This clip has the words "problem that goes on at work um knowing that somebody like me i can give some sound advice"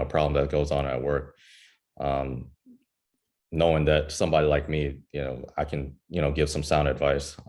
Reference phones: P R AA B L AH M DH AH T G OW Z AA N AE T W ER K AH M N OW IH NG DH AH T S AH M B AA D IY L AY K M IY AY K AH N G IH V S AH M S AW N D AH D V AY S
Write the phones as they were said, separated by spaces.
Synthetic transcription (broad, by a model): P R AA B L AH M DH AH T G OW Z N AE T W ER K AH M N OW IH NG DH AH T S AH M B AA D IY L AY K M IY AY K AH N G IH V S AH M S AW N D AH D V AY S